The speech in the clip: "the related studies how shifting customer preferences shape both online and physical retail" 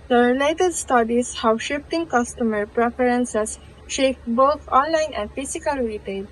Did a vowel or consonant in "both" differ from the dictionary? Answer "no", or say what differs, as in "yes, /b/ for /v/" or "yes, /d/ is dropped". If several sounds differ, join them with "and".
yes, /t/ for /θ/